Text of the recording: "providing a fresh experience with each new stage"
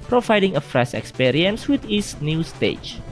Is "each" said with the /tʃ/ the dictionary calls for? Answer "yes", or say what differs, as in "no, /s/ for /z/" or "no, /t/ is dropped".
no, /s/ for /tʃ/